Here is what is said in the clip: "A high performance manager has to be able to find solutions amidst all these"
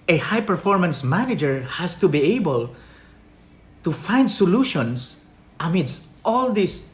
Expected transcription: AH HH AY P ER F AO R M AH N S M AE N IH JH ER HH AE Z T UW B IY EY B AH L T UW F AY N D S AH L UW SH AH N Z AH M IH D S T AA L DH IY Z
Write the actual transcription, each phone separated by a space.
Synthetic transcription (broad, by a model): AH HH AY P ER F AO R M AH N S M AE N IH JH ER HH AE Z T UW B IY EY B AH L T UW F AY N D S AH L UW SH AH N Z AH M IH D S T AA L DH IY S